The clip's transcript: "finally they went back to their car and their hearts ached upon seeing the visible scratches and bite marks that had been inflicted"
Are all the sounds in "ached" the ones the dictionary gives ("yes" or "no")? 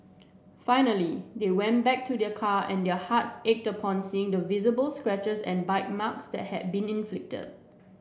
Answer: yes